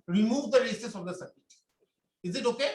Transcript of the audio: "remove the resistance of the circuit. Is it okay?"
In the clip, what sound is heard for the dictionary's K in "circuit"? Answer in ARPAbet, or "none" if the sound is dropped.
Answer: none